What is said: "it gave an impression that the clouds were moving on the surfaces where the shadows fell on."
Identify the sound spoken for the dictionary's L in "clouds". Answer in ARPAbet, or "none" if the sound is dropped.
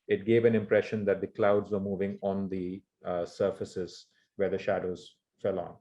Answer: L